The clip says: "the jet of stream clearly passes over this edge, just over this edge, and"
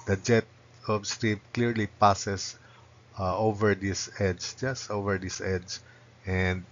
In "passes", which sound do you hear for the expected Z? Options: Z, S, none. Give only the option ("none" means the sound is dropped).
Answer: S